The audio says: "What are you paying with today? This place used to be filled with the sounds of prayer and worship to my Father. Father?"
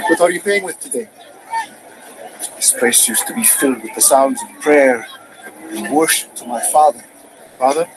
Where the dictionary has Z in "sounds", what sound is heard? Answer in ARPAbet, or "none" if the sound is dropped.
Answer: Z